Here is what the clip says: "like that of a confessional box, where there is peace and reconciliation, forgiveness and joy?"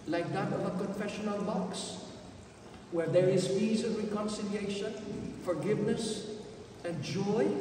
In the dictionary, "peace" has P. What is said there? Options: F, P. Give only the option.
F